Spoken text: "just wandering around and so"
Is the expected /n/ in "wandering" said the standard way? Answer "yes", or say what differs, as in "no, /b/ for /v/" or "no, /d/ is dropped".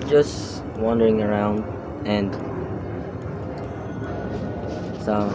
yes